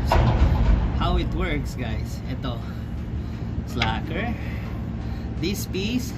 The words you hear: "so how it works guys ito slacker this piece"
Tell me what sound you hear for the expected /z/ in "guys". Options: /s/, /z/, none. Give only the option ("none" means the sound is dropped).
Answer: /s/